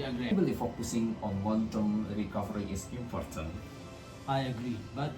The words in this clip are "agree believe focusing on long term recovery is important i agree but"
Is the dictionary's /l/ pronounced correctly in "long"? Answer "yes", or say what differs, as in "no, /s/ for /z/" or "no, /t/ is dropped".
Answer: no, /w/ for /l/